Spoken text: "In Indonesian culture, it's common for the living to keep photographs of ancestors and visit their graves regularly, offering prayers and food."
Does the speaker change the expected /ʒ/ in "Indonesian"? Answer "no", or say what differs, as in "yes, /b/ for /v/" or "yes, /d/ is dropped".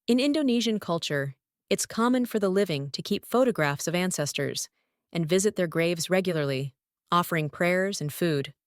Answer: no